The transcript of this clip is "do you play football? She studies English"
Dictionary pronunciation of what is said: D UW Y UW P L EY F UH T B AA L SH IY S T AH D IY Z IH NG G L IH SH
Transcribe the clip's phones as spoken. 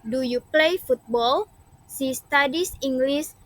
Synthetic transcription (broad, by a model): D UW Y UW P L EY F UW T B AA L S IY S T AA D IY S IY NG G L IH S